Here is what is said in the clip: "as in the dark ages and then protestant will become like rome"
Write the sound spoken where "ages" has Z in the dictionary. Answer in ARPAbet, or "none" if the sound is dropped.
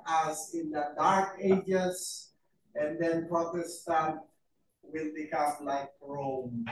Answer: S